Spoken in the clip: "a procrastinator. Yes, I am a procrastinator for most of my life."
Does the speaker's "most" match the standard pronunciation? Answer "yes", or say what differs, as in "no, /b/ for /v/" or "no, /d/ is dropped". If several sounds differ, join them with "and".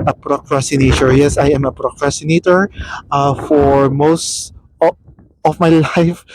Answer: yes